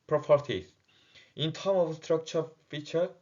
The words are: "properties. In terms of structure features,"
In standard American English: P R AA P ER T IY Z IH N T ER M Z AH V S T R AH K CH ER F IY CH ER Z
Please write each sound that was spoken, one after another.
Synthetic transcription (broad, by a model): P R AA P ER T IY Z IH N T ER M AH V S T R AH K CH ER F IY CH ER